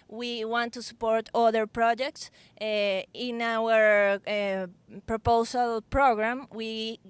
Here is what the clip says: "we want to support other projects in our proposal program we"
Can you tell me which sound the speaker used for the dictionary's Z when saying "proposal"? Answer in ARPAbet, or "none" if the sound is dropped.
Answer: S